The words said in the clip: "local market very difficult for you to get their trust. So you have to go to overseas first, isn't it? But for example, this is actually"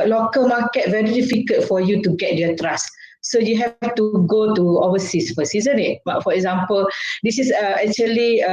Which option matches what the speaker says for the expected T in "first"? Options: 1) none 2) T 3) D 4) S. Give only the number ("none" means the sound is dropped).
1